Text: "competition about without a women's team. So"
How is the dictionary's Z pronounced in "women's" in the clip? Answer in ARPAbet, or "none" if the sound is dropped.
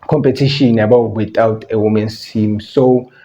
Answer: S